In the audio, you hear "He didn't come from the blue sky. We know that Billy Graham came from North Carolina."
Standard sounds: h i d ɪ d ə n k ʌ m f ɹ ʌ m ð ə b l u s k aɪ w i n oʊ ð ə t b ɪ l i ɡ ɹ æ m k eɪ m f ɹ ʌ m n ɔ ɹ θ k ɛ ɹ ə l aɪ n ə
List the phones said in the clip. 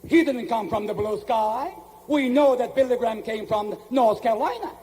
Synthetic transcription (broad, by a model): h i d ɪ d n k ʌ m f ɹ ʌ m ð ə b l u s k aɪ w i n oʊ ð ə t b ɪ l i ɡ ɹ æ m k eɪ m f ɹ ʌ m n ɔ ɹ θ k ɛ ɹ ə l aɪ n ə